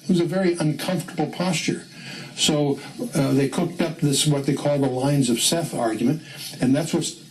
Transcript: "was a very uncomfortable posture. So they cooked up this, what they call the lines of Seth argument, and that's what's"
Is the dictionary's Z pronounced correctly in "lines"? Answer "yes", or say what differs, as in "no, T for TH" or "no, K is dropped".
yes